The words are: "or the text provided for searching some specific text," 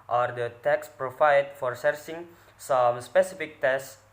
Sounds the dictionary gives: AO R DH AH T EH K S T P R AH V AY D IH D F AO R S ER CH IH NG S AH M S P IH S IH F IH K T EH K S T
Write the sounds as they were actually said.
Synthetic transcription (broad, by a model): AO R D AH T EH K S P R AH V AY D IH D F AO R S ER S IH NG S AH M S P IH S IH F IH K T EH S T